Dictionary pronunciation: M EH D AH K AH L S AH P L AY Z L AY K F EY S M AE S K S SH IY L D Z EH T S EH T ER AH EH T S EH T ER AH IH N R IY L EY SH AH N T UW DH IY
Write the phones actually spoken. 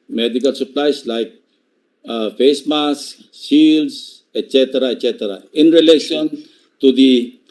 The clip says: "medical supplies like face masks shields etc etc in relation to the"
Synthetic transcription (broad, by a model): M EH D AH K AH L S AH P L AY S L AY K F EY S M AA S S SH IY L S EH T S EH T ER AH EH T S EH T ER AH IH N R IY L EY SH AH N T UW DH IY